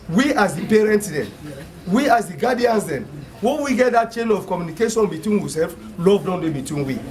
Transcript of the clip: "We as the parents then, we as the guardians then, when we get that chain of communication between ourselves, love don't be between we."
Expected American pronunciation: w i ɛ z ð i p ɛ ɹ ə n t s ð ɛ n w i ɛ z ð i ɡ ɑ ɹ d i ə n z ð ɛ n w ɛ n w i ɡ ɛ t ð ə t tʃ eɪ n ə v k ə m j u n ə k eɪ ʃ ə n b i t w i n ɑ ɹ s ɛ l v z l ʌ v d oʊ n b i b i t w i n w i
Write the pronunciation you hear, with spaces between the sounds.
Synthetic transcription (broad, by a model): w i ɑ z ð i p ɛ ɹ ə n t s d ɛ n w i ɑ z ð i ɡ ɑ d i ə n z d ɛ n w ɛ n w i ɡ ɛ t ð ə t tʃ eɪ n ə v k ə m j u n ə k eɪ ʃ ə n b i t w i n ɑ s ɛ l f l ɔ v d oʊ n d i b i t w i n w i